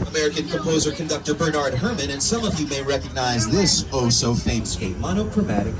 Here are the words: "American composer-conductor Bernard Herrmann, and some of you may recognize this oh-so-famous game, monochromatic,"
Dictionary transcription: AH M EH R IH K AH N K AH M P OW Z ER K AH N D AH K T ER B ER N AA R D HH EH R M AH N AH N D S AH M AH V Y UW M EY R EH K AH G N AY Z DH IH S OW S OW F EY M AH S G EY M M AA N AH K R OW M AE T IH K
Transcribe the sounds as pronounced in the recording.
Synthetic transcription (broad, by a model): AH M EH R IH K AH N K AH M P OW Z ER K AH N D AH K T ER B ER N AA R D HH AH R M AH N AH N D S AH M AH V Y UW M EY R EH K AH G N AY Z DH IH S OW S OW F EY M S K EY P M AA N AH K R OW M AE T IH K